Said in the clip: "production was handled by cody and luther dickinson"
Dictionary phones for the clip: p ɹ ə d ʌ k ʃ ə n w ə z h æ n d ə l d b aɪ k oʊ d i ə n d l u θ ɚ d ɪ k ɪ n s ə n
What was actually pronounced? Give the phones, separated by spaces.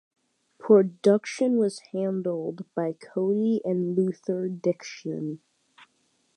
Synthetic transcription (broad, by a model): p ɹ ə d ʌ k ʃ ə n w ə z h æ n d l d b aɪ k oʊ i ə n l u θ ɚ d ɪ k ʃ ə n